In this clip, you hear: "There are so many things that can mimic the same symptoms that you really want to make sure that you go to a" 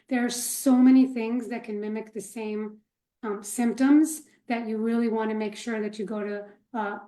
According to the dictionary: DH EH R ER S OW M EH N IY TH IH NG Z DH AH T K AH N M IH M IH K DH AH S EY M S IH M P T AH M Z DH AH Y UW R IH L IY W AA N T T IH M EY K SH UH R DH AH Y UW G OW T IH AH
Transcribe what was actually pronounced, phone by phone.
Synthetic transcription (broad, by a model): DH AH R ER S OW M EH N IY TH IH NG Z DH AH T K AH N M IH M IH K DH AH S EY M S IH M P T AH M Z DH AH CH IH R IH L IY W AA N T T IH M EY K SH UH R DH AH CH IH G OW T IH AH